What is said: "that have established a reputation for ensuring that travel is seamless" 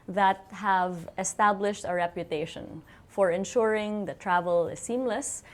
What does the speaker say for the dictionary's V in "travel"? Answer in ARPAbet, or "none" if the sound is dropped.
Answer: V